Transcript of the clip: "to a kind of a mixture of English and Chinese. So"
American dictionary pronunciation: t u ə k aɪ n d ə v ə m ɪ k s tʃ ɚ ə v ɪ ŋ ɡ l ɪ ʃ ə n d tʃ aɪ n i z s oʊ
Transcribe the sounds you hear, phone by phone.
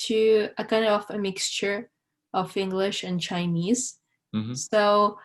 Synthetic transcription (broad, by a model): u ə k aɪ n d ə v ə m ɪ k s tʃ ɚ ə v ɪ ŋ ɡ l ɪ ʃ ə n tʃ aɪ n i z s oʊ